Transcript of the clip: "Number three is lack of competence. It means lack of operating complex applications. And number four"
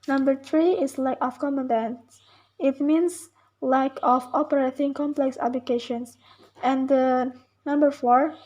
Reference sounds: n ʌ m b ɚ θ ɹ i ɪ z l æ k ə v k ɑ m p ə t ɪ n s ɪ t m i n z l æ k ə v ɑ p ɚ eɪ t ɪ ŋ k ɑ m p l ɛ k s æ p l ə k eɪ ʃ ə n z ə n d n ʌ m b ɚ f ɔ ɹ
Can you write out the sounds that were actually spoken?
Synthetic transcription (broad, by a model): n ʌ m b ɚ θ ɹ i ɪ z l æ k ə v k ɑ m ə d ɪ n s ɪ t m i n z l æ k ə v ɑ p ɚ eɪ t ɪ ŋ k ɑ m p l ɛ k s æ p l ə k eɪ ʃ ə n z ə n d n ʌ m b ɚ f ɔ ɹ